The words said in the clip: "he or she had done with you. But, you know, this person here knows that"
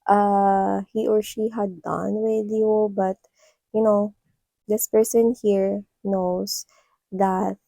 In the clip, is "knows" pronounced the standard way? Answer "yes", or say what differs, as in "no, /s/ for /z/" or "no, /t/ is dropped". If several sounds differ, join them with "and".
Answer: no, /s/ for /z/